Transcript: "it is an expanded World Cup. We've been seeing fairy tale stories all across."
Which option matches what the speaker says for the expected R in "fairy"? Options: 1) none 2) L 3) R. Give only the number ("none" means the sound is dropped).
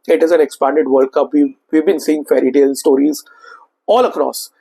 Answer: 3